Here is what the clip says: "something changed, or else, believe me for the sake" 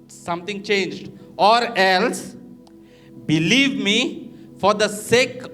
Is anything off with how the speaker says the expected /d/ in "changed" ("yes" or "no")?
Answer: no